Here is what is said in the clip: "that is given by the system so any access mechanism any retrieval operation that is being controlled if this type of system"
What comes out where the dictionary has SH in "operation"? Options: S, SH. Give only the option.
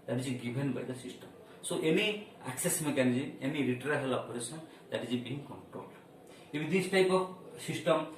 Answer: S